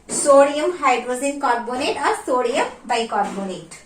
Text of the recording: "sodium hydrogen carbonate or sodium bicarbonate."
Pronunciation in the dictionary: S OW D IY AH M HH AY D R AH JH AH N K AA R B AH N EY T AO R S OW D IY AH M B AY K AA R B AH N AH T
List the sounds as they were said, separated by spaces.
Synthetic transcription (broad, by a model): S OW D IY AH M HH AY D R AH Z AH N K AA R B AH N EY T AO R S OW D IY AH M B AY K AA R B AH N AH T